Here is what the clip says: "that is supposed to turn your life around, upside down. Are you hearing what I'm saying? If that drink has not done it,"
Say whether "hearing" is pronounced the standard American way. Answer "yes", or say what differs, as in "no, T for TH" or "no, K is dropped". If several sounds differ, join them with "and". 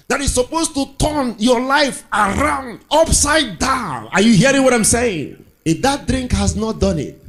yes